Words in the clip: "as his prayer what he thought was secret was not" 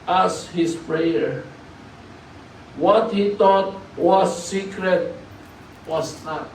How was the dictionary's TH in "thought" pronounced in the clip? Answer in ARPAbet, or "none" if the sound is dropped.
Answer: T